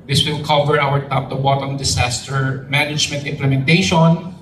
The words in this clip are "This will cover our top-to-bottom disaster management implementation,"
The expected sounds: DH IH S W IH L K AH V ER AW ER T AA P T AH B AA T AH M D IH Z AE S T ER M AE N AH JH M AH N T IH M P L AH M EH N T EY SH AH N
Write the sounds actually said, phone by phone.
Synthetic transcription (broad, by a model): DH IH S W IH L K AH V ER AW ER T AA P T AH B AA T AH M D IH S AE S T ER M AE N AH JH M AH N T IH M P L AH M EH N T EY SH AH N